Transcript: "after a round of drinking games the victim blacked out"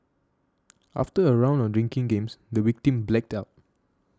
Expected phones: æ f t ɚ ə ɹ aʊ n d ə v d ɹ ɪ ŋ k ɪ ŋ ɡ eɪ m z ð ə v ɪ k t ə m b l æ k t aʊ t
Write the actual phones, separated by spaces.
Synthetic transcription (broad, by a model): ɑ f t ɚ ə ɹ aʊ n d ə d ɹ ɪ ŋ k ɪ ŋ ɡ eɪ m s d ə w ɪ k t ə m b l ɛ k t aʊ t